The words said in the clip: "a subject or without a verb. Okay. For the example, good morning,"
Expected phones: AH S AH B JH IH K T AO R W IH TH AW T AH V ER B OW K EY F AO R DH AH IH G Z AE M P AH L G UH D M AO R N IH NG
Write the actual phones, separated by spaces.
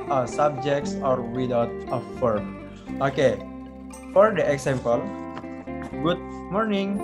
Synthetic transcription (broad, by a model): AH S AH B JH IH K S AO R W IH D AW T AH F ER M OW K EY F AO R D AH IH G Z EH M P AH L G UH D M AO R N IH NG